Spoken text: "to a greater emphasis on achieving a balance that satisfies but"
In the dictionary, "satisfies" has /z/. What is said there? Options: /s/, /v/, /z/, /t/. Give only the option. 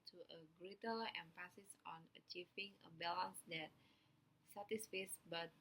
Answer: /s/